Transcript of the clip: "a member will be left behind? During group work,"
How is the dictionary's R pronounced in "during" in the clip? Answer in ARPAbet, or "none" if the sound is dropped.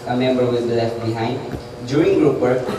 none